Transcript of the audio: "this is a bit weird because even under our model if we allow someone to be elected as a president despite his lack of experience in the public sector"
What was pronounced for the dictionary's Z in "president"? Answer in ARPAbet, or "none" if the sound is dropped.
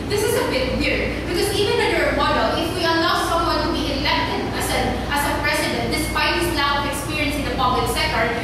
S